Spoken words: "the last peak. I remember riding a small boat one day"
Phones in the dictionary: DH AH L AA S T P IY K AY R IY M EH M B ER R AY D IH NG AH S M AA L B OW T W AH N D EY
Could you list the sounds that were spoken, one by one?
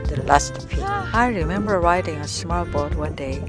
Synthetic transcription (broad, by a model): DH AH L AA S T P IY AY R IY M EH M B ER R AY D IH NG AH S M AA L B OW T W AH N D EY